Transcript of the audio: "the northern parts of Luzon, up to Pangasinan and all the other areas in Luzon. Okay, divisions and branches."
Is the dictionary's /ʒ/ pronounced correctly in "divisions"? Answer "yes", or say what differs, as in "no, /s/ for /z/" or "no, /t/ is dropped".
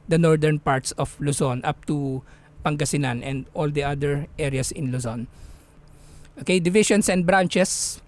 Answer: no, /ʃ/ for /ʒ/